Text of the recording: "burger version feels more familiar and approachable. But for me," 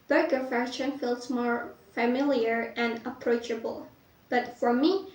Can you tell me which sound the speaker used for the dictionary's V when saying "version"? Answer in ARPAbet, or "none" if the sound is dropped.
F